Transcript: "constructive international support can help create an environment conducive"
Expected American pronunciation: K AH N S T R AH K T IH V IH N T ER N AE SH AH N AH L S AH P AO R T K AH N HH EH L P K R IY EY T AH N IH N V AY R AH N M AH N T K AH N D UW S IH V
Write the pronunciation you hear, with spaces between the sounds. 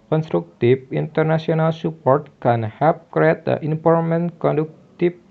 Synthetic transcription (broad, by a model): K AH N S T R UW K T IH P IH N T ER N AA S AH N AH L S AH P AO R T K AH N HH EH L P K R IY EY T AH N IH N P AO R M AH N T K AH N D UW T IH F